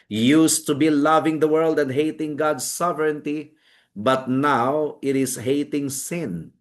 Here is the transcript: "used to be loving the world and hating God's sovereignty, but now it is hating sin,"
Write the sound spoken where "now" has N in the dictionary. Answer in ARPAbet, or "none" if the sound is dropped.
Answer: N